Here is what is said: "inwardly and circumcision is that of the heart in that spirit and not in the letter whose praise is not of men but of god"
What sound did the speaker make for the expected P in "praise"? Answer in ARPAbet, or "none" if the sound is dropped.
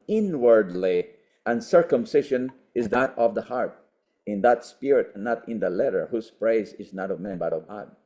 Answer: P